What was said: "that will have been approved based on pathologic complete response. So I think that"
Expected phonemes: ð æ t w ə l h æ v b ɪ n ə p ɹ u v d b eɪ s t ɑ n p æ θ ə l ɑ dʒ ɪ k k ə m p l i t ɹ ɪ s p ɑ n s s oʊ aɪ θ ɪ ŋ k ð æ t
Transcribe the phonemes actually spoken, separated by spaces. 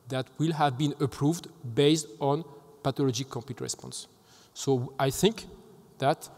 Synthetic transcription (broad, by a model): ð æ t w ə l h æ v b ɪ n ə p ɹ u v d b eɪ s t ɑ n p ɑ t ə l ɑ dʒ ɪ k k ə m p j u t ɹ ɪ s p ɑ n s s oʊ aɪ θ ɪ ŋ k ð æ t